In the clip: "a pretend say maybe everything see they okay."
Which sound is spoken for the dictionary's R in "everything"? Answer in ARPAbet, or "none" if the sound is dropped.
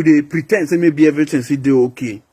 none